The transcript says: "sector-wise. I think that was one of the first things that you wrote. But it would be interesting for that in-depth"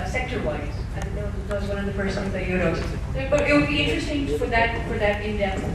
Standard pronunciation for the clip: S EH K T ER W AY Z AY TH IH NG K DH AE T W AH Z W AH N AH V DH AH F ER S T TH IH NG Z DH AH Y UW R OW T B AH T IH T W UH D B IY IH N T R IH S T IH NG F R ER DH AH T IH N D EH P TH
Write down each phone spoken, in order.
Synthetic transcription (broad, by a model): S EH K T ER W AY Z AY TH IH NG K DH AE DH W AH Z W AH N AH V DH AH F ER S T S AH Z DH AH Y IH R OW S B AH T IH T W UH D B IY IH N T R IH S T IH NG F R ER DH AH T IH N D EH